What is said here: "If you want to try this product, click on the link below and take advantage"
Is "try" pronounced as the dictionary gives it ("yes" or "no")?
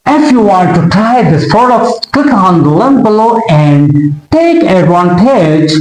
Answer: yes